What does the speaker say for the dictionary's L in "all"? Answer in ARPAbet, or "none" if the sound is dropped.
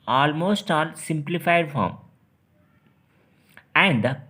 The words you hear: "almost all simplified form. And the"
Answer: N